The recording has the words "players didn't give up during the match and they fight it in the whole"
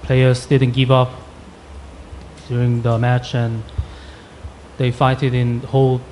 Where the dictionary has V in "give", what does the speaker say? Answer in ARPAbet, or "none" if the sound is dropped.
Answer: V